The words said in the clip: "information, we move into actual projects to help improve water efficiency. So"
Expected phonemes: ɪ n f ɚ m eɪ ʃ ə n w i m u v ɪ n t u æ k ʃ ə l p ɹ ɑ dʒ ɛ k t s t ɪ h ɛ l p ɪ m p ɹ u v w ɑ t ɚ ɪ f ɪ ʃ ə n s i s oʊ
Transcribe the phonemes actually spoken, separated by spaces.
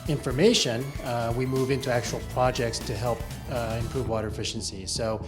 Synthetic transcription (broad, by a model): ɪ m f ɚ m eɪ ʃ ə n w i m u v ɪ n t u æ k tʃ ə l p ɹ ɑ dʒ ɛ k t s t ɪ h ɛ l p ɪ m p ɹ u v w ɑ t ɚ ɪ f ɪ ʃ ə n s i s oʊ